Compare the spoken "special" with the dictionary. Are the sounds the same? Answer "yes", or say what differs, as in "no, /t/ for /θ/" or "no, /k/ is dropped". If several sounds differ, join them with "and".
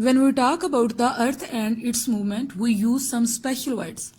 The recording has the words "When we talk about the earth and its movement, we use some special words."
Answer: yes